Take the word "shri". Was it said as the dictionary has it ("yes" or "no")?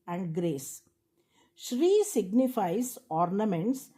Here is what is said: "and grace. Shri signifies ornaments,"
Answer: yes